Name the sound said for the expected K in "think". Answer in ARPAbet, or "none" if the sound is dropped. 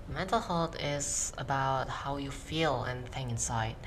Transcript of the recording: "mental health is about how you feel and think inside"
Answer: none